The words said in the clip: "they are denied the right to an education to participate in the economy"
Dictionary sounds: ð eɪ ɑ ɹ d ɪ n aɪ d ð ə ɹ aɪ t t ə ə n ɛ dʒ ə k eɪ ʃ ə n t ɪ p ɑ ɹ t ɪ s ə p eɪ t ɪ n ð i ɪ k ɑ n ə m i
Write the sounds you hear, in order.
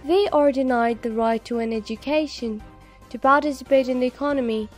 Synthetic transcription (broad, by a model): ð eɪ ɑ ɹ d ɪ n aɪ d ð ə ɹ aɪ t t ə ə n ɛ dʒ ə k eɪ ʃ ə n t ɪ p ɑ ɹ t ɪ s ə p eɪ t ɪ n ð i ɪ k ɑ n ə m i